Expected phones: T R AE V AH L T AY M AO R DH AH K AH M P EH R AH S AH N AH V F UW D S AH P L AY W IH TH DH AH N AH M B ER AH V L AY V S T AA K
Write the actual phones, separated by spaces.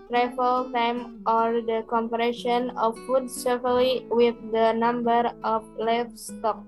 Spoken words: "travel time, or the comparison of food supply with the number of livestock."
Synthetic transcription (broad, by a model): T R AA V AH L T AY M AO R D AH K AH M P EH R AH SH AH N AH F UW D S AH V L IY W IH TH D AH N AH M B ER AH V L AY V S T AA K